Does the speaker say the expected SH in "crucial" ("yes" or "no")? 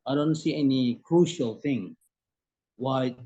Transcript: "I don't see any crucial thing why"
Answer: yes